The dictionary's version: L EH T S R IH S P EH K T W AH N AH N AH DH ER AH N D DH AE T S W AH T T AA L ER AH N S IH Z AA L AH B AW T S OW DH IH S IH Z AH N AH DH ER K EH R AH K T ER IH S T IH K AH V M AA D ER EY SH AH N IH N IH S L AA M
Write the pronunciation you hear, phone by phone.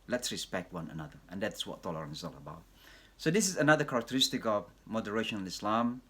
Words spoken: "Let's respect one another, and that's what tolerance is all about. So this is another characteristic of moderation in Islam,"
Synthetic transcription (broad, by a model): L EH T S R IH S P EH K T W AH N AH N AH DH ER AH N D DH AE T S W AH T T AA L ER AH N IH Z AA L AH B AW T S OW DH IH S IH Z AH N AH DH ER K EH R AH K T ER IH S T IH K AH V M AA D ER EY SH AH N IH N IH S L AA M